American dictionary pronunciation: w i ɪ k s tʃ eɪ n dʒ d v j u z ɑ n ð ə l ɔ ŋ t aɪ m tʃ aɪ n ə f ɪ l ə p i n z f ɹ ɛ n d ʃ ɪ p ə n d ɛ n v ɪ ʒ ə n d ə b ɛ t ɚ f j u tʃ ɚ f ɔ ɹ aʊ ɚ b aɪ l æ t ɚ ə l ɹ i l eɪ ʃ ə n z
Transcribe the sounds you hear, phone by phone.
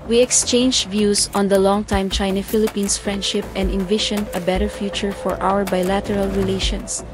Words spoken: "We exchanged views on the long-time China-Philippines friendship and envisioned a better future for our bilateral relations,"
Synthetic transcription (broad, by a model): w i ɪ k s tʃ eɪ n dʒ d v j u s ɑ n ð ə l ɔ ŋ t aɪ m tʃ aɪ n ə f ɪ l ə p i n s f ɹ ɛ n d ʃ ɪ p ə n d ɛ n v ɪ ʃ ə n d ə b ɛ t ɚ f j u tʃ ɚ f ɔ ɹ aʊ ɚ b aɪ l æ t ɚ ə l ɹ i l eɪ ʃ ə n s